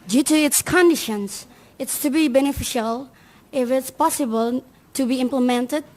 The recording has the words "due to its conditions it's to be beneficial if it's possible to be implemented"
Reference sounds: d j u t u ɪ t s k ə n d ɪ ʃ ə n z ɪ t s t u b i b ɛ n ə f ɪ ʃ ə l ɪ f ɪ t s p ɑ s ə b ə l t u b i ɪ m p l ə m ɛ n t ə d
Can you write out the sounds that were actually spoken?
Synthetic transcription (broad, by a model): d j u t u ɪ t s k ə n d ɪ ʃ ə n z ɪ t s t u b i b ɛ n ə f ɪ ʃ ə l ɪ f ɪ t s p ɑ s ə b ə l t u b i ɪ m p l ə m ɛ n t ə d